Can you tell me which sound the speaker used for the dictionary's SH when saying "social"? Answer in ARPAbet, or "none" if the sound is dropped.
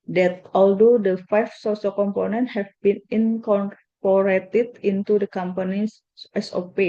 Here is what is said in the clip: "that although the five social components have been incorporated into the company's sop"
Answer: S